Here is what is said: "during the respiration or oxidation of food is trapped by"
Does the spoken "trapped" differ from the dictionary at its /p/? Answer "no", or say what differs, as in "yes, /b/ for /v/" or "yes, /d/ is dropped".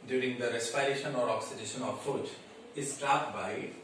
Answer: yes, /p/ is dropped